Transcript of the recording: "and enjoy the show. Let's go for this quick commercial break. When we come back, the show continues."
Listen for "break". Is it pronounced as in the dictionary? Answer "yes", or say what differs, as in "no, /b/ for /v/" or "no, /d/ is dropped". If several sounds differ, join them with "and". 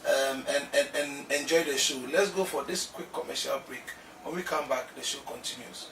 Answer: yes